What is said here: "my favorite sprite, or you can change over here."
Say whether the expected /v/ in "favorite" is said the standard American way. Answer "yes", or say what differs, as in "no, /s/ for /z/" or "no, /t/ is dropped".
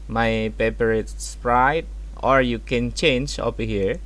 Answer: no, /p/ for /v/